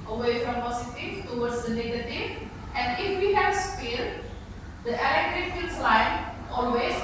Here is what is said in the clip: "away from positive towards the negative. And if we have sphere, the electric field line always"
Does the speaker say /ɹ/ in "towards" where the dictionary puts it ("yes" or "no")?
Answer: no